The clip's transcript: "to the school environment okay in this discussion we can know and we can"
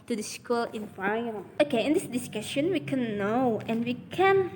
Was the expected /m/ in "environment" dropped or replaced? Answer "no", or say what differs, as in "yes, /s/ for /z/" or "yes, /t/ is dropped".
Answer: yes, /m/ is dropped